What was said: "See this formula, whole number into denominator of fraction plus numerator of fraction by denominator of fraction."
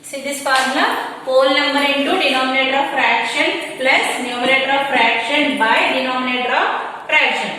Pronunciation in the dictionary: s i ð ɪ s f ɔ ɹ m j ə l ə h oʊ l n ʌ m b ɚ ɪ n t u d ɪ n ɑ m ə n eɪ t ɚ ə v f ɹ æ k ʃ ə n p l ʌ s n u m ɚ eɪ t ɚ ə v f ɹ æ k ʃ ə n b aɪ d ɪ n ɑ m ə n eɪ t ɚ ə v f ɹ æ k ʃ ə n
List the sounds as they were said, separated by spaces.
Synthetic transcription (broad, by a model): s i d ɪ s p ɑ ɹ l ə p oʊ l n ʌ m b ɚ ɪ n t u d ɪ n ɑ m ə n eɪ t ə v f ɹ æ k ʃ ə n p l ʌ s n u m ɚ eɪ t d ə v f ɹ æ k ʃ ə n b aɪ d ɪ n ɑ m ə n eɪ t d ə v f ɹ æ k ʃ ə n